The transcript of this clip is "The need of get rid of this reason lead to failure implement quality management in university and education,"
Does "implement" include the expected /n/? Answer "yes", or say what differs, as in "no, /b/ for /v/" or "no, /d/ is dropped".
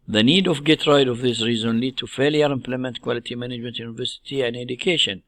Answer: yes